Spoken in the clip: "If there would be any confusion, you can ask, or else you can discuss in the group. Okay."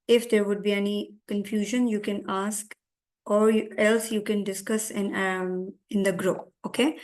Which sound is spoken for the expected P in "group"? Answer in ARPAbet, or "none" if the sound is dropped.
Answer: none